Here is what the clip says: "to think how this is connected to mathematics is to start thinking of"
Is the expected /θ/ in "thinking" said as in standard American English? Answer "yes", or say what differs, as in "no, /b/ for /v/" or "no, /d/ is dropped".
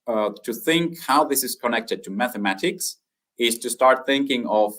yes